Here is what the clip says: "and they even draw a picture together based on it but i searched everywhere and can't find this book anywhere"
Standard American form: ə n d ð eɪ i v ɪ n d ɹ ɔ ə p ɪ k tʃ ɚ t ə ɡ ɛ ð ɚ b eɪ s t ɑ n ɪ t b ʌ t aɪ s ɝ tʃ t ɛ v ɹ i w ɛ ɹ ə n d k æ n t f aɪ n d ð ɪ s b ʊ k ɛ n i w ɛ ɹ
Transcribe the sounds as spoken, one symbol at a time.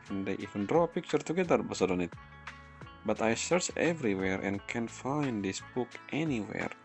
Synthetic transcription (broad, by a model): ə n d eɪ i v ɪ n d ɹ ɔ ə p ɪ k tʃ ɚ t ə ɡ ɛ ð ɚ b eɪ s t ɑ n ɪ t b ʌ t aɪ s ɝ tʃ ɛ v ɹ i w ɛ ɹ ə n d k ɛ n f aɪ n d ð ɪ s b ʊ k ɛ n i w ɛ ɹ